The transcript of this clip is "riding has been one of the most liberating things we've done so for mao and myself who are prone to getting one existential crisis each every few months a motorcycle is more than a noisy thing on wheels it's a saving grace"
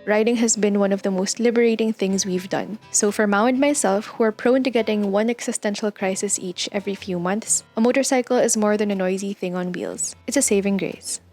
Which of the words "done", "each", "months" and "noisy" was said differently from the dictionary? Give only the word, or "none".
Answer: none